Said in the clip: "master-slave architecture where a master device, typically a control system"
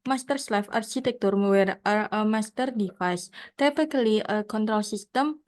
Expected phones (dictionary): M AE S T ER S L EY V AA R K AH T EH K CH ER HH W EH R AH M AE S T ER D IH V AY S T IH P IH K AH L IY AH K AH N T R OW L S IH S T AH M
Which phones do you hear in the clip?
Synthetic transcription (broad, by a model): M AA S T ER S L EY F AA R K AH T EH K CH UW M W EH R AH M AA S T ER D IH F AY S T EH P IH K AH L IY AH K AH N T R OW L S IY S T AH M